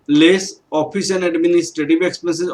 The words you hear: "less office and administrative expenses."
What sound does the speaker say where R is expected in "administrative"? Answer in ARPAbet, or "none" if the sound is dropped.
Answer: none